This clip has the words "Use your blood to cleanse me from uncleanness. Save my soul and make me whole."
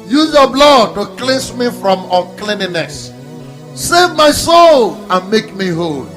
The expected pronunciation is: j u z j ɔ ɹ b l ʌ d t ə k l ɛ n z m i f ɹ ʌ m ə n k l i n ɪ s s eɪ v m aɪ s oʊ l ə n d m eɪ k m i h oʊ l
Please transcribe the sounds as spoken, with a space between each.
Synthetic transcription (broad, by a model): j u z j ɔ b l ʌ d t ə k l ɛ n s m i f ɹ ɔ m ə k l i n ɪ s s eɪ v m aɪ s oʊ l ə n m eɪ k m i h oʊ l